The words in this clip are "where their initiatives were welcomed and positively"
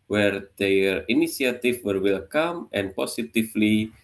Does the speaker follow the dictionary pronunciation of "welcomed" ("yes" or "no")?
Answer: no